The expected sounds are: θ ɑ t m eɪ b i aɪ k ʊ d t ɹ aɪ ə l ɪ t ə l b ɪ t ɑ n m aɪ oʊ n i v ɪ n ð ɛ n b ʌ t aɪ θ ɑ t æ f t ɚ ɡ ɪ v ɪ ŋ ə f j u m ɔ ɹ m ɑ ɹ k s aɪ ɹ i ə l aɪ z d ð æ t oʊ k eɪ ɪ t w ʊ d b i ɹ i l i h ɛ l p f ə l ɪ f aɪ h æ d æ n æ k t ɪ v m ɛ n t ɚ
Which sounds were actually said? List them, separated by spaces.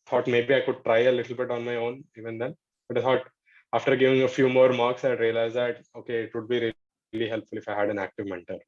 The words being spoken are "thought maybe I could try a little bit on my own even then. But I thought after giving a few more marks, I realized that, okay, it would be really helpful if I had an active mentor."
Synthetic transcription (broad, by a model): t ɑ t m eɪ b i aɪ k ʊ d t ɹ aɪ ə l ɪ t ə l b ɪ t ɑ n m aɪ oʊ n i v ɪ n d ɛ n b ʌ t aɪ t ɑ t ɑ f t ɚ ɡ ɪ v ɪ ŋ ə f j u m ɔ ɹ m ɑ ɹ k s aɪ ɹ i ə l aɪ z d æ t oʊ k eɪ ɪ t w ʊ d b i ɹ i l i h ɛ l p f ə l ɪ f aɪ h æ d æ n æ k t ɪ v m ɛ n t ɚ